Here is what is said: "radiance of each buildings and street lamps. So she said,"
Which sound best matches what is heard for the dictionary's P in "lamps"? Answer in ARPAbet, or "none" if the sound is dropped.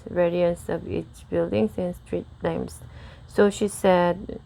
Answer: none